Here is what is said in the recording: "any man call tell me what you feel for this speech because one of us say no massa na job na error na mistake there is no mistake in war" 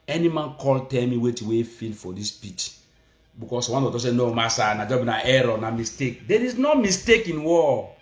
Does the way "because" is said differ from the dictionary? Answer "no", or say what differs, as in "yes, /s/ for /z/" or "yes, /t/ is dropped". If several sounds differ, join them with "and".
yes, /s/ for /z/